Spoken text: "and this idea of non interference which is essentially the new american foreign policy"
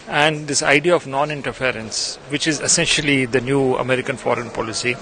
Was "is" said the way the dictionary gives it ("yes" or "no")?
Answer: yes